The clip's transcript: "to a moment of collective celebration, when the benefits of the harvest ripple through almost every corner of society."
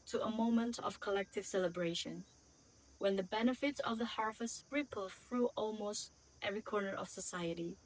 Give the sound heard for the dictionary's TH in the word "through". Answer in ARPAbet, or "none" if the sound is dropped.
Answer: F